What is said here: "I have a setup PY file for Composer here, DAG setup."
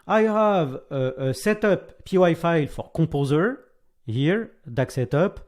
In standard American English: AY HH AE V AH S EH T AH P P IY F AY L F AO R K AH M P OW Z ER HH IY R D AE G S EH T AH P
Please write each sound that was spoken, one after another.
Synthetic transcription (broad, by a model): AY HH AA V AH S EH T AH P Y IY F AY L F AO R K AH P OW Z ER HH IY R D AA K S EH T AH P